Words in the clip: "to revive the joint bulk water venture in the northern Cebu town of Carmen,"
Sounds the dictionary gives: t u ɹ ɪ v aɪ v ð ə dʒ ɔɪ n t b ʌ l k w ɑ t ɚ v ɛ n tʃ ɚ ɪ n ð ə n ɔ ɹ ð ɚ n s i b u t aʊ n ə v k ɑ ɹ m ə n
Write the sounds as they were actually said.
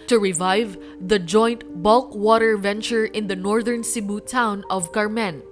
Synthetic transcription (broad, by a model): t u ɹ ɪ v aɪ v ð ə dʒ ɔɪ n t b ʌ l k w ɑ t ɚ v ɛ n tʃ ɚ ɪ n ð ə n ɔ ɹ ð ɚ n s i b u t aʊ n ə v k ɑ ɹ m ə n